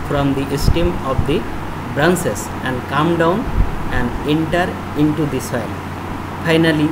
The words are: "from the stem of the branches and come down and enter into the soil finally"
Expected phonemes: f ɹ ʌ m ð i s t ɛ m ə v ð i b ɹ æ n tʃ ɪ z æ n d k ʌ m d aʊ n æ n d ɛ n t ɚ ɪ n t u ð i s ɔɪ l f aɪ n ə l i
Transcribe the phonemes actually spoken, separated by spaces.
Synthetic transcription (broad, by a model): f ɹ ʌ m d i s t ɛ m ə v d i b ɹ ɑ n s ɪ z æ n d k ʌ m d aʊ n æ n d ɛ n t ɚ ɪ n t u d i s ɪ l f aɪ n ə l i